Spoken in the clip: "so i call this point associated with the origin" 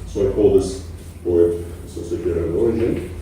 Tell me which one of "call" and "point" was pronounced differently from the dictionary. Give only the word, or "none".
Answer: point